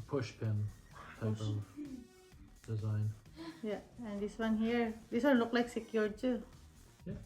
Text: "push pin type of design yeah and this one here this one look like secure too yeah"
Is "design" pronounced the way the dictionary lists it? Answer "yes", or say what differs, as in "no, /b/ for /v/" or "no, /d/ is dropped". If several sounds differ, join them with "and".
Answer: yes